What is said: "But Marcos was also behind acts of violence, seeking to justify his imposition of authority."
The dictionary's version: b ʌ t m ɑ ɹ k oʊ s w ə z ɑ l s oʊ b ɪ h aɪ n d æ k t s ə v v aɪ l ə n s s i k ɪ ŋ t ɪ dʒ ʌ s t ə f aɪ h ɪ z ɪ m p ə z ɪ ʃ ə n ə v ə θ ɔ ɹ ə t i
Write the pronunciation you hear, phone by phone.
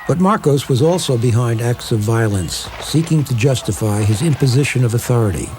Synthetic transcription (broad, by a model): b ʌ t m ɑ ɹ k oʊ s w ə z ɑ l s oʊ b ɪ h aɪ n d æ k t s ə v v aɪ l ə n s s i k ɪ ŋ t ɪ dʒ ʌ s t ə f aɪ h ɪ z ɪ m p ə z ɪ ʃ ə n ə v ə θ ɔ ɹ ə t i